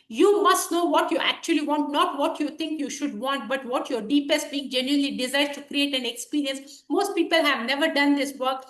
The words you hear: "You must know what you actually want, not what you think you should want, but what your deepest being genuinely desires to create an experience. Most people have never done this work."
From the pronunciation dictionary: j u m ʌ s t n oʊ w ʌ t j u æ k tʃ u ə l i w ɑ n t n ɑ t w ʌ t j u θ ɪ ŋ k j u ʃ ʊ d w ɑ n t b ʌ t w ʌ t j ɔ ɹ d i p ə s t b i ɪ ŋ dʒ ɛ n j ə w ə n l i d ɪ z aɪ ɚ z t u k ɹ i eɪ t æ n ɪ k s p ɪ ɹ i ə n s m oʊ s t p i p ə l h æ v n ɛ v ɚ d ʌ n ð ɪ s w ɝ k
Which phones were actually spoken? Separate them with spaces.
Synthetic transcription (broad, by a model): j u m ʌ s t n oʊ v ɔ t j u æ k tʃ u ə l i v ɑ n t n ɑ t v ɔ t j u t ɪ ŋ k j u ʃ ʊ d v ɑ n t b ʌ t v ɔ t j ɔ ɹ d i p ə s t b i ɪ ŋ dʒ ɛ n j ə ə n l i d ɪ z aɪ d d t u k ɹ i eɪ t æ n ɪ k s p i ɹ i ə n s m oʊ s t p i p ə l h æ v n ɛ v ɚ d ʌ n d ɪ s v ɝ k